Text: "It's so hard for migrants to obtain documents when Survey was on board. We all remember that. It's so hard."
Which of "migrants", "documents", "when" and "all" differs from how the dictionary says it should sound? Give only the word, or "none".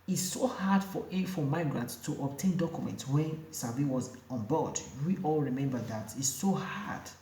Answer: none